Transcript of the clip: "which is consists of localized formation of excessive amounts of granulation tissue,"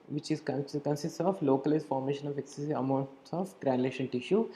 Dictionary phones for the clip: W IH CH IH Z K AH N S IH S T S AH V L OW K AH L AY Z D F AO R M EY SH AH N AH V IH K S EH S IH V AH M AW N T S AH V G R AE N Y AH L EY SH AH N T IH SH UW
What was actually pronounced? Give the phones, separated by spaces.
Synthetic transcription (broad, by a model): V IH CH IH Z K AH N S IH S T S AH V L OW K AH L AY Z F AO R M EY SH AH N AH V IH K S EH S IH AH M AW N T S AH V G R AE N L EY SH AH N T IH SH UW